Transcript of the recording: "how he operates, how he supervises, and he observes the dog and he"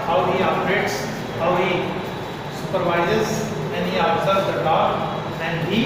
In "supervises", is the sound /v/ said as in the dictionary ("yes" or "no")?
yes